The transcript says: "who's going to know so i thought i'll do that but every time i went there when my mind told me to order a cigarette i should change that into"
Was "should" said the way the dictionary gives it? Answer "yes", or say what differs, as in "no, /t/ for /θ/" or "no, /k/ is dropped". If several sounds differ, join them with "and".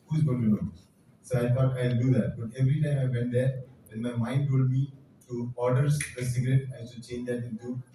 no, /s/ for /ʃ/